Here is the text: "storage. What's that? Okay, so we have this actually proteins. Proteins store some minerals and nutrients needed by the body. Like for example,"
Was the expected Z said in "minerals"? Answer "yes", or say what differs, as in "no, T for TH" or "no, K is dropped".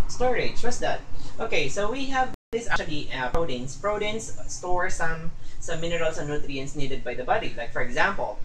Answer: no, S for Z